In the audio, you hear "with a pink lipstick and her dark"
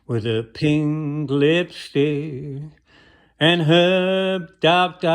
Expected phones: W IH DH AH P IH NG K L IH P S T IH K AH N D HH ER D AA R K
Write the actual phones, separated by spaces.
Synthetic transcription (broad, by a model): W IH DH AH P IH NG K L IH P S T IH AH N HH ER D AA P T